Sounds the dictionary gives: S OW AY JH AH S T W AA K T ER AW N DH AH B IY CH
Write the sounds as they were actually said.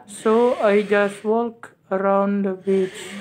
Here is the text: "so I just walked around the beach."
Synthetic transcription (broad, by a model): S OW AY JH AH S T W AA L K ER AW N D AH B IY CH